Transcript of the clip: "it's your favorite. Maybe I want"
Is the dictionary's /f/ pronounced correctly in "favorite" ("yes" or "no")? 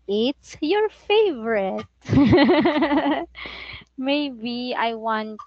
yes